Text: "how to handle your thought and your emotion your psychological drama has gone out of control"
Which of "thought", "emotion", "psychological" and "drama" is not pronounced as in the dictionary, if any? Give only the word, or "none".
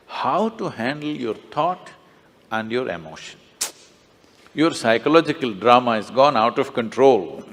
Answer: thought